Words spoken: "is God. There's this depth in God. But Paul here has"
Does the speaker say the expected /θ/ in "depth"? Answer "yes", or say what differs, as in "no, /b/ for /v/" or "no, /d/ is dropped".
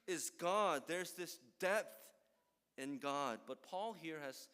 yes